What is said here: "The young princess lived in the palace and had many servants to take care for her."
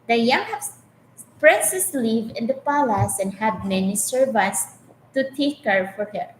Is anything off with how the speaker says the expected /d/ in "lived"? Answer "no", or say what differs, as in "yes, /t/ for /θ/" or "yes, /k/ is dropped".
yes, /d/ is dropped